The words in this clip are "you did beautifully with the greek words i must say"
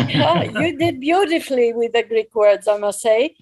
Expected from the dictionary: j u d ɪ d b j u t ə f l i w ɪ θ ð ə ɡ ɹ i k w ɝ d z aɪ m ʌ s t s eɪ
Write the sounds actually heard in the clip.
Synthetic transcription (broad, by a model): j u d ɪ d b j u t ə f l i w ɪ ð ə ɡ ɹ i k w ɝ d z aɪ m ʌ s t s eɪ